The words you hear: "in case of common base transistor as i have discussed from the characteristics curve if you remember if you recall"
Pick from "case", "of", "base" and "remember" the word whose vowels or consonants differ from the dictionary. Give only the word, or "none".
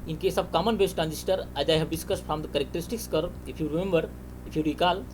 of